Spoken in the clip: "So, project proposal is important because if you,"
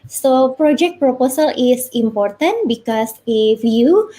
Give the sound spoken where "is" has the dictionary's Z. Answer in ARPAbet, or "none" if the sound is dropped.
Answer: S